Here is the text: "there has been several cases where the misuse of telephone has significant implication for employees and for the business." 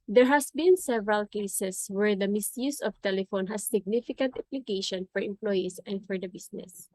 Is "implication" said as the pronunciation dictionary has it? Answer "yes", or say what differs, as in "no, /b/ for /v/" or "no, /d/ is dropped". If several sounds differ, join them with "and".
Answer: no, /m/ is dropped